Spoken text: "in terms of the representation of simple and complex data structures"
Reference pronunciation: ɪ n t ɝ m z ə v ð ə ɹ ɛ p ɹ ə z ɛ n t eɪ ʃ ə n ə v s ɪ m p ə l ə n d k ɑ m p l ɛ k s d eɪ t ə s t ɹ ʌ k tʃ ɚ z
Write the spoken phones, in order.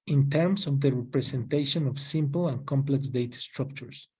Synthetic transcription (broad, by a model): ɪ n t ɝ m s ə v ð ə ɹ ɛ p ɹ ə s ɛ n t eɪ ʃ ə n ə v s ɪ m p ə l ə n k ɑ m p l ɛ k s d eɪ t s t ɹ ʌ k tʃ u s